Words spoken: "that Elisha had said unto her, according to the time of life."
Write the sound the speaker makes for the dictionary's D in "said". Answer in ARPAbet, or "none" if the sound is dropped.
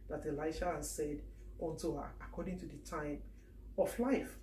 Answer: D